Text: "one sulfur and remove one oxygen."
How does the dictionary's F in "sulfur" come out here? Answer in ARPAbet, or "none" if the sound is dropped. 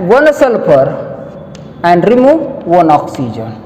P